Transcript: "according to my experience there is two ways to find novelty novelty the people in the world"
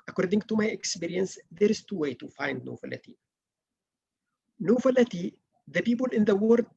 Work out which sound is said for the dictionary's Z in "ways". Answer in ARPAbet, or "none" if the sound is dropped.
none